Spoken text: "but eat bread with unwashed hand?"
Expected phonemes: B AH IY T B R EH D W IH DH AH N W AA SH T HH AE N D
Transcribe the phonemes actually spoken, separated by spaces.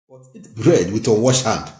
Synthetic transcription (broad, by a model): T B R EH D W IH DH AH W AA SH HH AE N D